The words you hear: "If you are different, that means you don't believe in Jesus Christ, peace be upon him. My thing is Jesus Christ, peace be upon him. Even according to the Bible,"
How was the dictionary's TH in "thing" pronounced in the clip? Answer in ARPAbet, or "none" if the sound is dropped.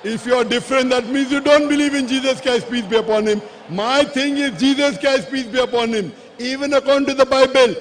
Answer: T